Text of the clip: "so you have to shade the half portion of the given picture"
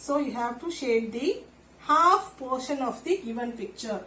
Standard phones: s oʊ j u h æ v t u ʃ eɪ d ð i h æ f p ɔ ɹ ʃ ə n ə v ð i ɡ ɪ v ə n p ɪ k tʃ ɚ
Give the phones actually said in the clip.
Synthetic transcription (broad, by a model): s oʊ j u h æ v t u ʃ eɪ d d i h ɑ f p ɔ ɹ ʃ ə n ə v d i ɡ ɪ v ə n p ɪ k tʃ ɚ